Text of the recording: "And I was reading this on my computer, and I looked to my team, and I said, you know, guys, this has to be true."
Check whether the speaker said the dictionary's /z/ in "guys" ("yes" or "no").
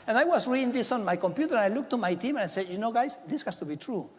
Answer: no